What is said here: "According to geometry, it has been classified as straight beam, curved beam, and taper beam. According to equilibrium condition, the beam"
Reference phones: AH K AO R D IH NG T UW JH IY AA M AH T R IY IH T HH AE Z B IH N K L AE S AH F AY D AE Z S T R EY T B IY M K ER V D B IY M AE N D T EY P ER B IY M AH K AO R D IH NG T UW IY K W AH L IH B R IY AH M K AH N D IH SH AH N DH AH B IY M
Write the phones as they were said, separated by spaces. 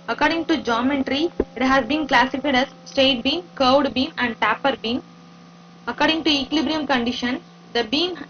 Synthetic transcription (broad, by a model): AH K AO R D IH NG T UW JH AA M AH T R IY IH T HH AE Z B IH N K L AE S AH F AY D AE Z S T EY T B IY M K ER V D B IY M AE N D T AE P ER B IY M AH K AO R D IH NG T UW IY K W L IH B R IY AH M K AH N D IH SH AH N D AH B IY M